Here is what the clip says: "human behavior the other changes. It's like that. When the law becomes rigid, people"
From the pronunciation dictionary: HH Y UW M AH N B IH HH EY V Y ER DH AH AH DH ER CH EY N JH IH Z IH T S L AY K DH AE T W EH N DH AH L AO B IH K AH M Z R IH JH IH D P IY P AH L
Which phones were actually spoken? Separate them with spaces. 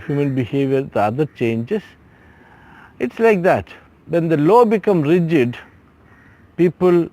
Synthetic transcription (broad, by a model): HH Y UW M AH N B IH HH EY V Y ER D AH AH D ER CH EY N JH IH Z IH T S L AY K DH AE T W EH N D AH L AO B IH K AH M R IH JH IH D P IY P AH L